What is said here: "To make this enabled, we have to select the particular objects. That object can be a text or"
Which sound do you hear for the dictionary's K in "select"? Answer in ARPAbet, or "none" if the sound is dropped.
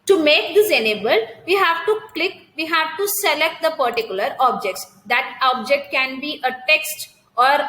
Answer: K